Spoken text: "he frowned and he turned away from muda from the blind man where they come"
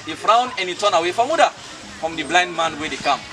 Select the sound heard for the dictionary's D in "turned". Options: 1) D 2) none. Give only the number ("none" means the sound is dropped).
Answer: 2